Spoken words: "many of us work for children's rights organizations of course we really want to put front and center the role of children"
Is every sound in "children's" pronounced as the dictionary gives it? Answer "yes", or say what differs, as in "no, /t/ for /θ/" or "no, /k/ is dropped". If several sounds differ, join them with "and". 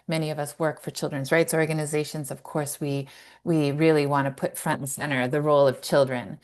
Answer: yes